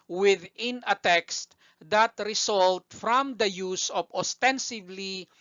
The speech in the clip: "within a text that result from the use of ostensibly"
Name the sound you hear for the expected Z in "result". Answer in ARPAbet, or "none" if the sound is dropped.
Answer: S